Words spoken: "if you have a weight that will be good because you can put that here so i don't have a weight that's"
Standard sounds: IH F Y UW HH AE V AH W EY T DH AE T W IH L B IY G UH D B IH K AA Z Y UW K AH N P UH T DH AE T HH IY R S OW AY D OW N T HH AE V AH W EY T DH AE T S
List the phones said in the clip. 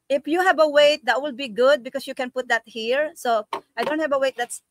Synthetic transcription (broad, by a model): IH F Y UW HH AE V AH W EY T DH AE T W IH L B IY G UH D B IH K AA S Y UW K AH N P UH T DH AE T HH IY R S OW AY D OW N T HH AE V AH W EY T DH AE T S